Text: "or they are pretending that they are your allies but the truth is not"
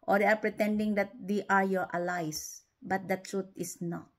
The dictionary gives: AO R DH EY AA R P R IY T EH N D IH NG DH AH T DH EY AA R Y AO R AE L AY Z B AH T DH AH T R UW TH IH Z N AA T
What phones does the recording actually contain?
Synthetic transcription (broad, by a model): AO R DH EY AA R P R IY T EH N D IH NG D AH T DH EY AA R Y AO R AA L AY S B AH T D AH T R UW T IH S N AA T